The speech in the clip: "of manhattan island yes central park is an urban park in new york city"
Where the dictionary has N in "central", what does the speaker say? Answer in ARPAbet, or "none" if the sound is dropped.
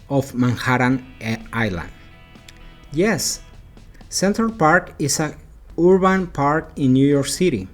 N